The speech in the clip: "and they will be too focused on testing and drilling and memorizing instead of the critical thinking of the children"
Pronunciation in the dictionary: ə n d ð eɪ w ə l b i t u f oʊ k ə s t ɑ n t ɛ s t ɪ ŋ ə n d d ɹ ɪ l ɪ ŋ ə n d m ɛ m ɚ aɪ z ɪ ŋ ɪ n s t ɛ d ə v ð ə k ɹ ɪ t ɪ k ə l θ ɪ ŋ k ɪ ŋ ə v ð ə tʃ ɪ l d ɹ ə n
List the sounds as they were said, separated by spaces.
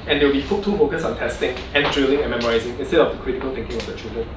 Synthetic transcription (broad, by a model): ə n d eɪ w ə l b i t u f oʊ k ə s ɑ n t ɛ s t ɪ ŋ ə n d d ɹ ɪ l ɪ ŋ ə n m ɛ m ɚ aɪ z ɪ ŋ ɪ n s t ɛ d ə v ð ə k ɹ ɪ t ɪ k ə l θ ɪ ŋ k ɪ ŋ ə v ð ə tʃ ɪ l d ɹ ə n